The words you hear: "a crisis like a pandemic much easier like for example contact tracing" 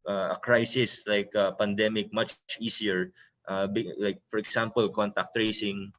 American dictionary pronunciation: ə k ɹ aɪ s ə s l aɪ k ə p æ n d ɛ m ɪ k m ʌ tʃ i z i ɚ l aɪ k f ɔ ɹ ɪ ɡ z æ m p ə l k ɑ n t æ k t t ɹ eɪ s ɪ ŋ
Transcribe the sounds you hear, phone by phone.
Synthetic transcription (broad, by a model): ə k ɹ aɪ s ə s l aɪ k ə p æ n d ɛ m ɪ k m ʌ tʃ i s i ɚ l aɪ k f ɔ ɹ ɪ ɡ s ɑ m p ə l k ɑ n t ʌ k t t ɹ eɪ s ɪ ŋ